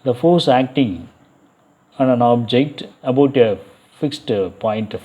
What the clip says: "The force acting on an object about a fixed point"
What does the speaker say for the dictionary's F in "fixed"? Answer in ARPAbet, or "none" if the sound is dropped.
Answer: F